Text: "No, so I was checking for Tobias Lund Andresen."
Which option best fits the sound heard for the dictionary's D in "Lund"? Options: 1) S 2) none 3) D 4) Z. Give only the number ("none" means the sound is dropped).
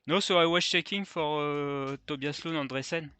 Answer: 2